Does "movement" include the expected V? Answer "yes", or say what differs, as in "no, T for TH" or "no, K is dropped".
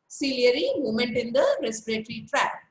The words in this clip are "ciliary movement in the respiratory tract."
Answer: no, V is dropped